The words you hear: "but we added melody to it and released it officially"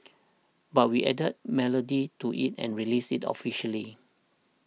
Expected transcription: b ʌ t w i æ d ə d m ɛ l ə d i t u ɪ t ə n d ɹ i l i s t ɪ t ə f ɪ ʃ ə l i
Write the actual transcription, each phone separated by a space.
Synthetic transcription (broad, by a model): b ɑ t w i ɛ d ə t m ɛ l ə d i t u ɪ t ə n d ɹ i l i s ɪ t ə f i ʃ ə l i